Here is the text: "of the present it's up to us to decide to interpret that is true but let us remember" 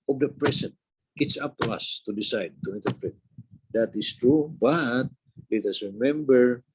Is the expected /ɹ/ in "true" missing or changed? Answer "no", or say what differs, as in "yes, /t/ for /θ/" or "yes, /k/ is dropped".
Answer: no